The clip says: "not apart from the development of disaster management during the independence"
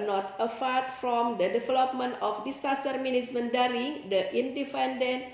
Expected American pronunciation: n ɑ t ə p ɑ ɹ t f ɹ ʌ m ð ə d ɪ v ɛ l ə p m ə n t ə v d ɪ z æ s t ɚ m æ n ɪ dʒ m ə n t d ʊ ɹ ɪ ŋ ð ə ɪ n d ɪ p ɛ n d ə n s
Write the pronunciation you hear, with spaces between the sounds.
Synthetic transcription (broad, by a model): n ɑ t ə f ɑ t f ɹ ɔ m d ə d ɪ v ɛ l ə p m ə n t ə f d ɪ s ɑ s t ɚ m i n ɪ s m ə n d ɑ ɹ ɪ ŋ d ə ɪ n d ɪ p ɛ n d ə n